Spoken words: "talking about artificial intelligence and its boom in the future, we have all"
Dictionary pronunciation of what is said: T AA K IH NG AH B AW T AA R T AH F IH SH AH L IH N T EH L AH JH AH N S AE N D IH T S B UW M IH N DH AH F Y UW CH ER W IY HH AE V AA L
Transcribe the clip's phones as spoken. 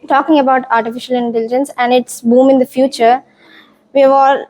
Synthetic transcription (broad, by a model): T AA K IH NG AH B AW T AA R T AH F IH SH AH L IH N T EH L AH JH AH N S AE N D IH T S B UW M IH N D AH F Y UW CH ER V IY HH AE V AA L